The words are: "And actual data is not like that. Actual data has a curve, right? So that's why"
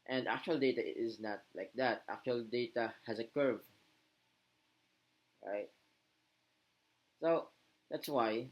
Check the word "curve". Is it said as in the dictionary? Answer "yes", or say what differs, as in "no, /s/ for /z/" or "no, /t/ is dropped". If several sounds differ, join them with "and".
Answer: yes